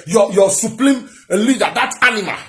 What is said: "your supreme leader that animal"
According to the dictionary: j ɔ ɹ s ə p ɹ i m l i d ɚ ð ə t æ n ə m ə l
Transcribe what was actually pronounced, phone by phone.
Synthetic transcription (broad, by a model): j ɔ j s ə p l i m l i d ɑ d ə t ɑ n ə m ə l